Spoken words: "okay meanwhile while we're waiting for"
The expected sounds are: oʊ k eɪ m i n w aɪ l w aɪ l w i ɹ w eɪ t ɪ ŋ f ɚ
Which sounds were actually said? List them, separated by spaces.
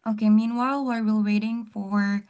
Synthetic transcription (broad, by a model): oʊ k eɪ m i n w aɪ l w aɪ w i l w eɪ t ɪ ŋ f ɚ